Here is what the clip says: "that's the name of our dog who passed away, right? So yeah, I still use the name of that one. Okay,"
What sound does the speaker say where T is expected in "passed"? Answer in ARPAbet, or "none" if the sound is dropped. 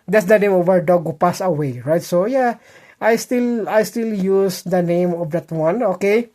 none